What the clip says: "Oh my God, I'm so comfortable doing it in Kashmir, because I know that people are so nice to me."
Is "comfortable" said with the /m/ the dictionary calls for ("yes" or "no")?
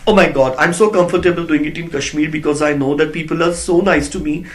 yes